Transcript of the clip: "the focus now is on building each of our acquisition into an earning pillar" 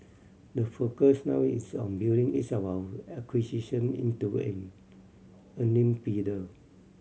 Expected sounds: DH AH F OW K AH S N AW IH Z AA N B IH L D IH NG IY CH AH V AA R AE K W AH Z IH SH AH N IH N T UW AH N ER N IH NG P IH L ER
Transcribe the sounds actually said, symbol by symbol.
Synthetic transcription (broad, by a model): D AH F OW K AH S N AW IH S AA N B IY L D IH NG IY S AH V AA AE K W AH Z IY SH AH N IH N T UW AH N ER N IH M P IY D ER